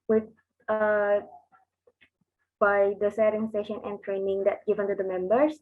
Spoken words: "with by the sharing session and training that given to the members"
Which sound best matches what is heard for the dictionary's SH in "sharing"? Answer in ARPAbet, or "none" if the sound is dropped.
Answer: S